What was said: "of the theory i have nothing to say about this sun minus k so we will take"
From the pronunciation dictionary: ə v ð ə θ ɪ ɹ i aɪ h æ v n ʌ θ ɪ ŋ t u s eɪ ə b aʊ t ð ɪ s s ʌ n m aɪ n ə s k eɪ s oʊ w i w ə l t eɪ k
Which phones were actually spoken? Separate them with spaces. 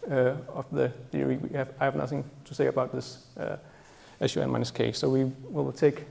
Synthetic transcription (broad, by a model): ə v ð ə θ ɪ ɹ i aɪ h æ v n ʌ θ ɪ ŋ t u s eɪ ə b aʊ t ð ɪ s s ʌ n m aɪ n ə s k eɪ s oʊ w i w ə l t eɪ k